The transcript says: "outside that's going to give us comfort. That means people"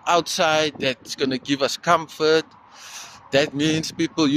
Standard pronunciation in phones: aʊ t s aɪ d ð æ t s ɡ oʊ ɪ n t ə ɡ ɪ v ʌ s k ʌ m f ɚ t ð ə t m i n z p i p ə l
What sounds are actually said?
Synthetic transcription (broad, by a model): aʊ t s aɪ d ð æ t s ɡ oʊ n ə ɡ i v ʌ s k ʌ m f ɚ t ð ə t m i n s p i p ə l